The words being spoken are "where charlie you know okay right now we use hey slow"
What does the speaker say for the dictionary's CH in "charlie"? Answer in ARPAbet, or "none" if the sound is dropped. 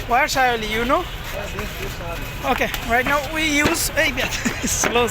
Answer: S